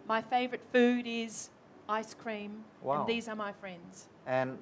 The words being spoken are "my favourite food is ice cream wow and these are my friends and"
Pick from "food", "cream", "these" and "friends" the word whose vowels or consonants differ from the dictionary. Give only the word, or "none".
none